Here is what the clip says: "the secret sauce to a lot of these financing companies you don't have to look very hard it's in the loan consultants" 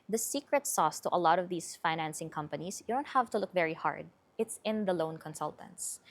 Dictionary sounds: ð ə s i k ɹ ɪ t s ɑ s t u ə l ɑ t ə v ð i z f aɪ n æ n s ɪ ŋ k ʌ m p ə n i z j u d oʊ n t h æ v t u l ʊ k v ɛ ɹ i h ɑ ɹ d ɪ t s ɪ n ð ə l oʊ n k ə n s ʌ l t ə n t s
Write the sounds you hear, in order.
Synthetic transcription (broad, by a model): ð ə s i k ɹ ɪ t s ɑ s t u ə l ɑ t ə v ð i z f aɪ n æ n s ɪ ŋ k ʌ m p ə n i s j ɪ d oʊ n t h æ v t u l ʊ k v ɛ ɹ i h ɑ ɹ d ɪ t s ɪ n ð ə l oʊ n k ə n s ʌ l t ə n t s